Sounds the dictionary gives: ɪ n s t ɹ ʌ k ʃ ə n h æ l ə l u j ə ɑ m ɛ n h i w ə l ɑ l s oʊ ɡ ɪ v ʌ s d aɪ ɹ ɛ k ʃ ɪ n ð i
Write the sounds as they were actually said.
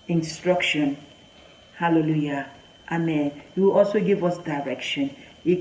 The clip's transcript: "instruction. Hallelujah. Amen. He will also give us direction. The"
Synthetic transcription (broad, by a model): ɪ n s t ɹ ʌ k ʃ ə n h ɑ l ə l u j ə ɑ m ɛ n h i w ə l ɑ l s oʊ ɡ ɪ v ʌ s d aɪ ɹ ɛ k ʃ ɪ n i